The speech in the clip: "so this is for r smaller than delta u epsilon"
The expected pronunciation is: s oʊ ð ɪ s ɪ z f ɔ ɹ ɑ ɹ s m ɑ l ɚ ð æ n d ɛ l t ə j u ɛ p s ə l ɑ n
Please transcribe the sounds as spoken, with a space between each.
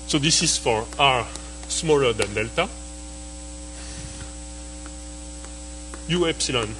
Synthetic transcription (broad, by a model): s oʊ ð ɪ s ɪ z f ɔ ɹ ɑ ɹ s m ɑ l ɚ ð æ n d ɛ l t ə j u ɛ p s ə l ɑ n